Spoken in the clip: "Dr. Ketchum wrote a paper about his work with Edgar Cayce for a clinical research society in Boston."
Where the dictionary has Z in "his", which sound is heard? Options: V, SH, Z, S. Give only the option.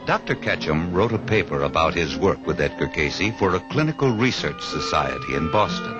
Z